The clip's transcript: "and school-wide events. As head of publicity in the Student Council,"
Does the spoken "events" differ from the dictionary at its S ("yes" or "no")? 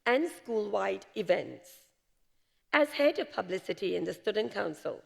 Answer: no